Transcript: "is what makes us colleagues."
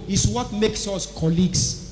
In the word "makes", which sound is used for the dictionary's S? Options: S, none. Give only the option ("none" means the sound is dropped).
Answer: S